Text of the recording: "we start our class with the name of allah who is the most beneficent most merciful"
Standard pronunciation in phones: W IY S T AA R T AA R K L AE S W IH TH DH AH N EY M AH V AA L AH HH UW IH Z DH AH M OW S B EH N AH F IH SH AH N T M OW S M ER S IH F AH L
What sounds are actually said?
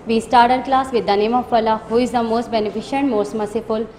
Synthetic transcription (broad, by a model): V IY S T AA R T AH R K L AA S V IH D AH N EY M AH P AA L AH HH UW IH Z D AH M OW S B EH N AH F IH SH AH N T M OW S M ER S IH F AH L